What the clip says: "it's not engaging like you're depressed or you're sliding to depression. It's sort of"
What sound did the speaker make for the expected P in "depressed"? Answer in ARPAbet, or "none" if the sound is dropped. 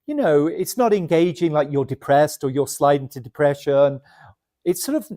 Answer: P